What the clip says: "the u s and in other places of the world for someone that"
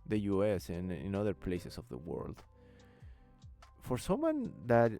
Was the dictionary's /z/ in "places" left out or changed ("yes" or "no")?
yes